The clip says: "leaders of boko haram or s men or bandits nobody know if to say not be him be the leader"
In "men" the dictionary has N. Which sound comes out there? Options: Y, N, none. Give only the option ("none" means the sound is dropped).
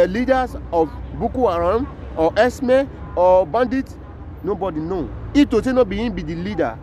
none